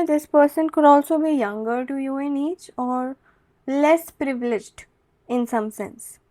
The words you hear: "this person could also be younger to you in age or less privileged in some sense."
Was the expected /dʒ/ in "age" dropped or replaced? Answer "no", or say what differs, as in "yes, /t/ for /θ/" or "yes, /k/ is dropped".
yes, /tʃ/ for /dʒ/